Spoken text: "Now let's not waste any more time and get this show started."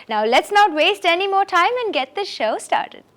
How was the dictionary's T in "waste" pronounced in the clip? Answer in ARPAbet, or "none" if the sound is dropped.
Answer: T